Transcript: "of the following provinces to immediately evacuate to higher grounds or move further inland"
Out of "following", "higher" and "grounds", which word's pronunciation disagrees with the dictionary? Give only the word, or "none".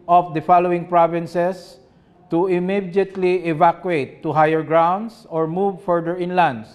grounds